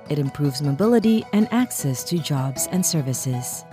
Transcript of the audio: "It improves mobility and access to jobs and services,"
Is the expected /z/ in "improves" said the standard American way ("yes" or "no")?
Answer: yes